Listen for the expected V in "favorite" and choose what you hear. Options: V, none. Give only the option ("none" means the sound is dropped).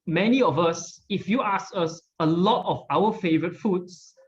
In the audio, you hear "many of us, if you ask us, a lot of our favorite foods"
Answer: V